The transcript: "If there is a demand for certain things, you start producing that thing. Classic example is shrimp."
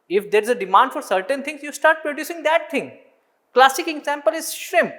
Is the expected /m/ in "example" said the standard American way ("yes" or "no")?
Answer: yes